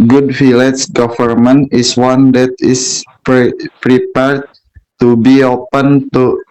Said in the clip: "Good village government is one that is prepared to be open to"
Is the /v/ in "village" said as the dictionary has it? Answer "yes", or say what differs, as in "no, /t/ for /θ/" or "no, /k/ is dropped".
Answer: no, /f/ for /v/